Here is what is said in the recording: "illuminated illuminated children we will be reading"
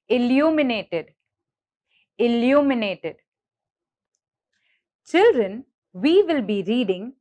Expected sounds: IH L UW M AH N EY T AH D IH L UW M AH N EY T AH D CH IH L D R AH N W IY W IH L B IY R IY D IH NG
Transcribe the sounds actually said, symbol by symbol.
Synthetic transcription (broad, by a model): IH L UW M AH N EY T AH D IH L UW M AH N EY T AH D CH IH L D R AH N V IY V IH L B IY R IY D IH NG